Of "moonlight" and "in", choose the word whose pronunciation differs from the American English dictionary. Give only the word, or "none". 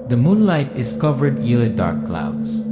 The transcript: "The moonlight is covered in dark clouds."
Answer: in